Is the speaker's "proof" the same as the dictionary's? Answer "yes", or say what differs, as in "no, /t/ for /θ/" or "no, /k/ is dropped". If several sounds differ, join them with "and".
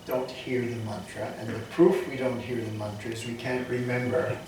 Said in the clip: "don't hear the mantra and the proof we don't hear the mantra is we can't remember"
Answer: yes